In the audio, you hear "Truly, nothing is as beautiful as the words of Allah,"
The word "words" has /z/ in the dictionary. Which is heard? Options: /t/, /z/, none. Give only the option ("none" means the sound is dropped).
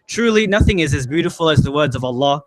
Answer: /z/